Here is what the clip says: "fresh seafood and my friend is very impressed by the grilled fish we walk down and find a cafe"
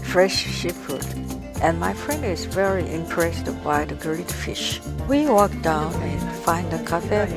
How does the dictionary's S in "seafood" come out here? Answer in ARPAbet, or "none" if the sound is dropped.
SH